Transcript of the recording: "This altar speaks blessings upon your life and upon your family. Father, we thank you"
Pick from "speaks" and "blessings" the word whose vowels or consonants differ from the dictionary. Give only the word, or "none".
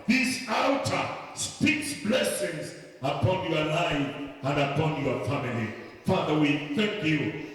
none